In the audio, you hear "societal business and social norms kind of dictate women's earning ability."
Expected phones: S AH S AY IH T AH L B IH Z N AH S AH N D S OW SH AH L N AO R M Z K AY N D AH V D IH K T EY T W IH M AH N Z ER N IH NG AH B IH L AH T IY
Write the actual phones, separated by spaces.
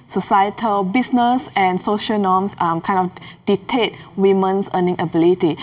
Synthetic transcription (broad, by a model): S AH S AY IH T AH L B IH S N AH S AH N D S OW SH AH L N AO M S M K AY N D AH F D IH T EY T W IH M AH N S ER N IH NG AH B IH L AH T IY